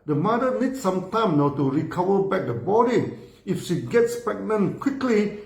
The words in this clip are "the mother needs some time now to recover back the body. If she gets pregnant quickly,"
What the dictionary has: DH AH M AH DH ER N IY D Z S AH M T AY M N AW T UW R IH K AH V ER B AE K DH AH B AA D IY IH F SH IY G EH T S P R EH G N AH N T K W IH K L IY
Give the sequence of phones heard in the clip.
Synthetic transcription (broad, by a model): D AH M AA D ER N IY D S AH M T AY M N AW T UW R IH K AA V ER B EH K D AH B AA D IY IH F SH IY G EH T S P EH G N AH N K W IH K L IY